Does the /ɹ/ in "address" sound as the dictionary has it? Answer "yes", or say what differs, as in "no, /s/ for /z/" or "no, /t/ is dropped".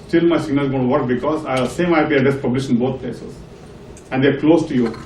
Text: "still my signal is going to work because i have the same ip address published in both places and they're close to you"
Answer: no, /ɹ/ is dropped